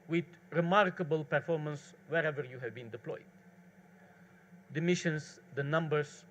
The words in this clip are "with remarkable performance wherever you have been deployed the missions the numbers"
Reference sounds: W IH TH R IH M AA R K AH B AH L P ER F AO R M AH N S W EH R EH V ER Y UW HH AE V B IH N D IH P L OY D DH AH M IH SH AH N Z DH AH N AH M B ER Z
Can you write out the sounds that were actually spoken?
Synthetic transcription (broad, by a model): W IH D R IH M AA R K AH B AH L P ER F AO R M AH N S W EH R EH V ER Y UW HH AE V B IH N D IH P L OY D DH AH M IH SH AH N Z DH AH N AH M B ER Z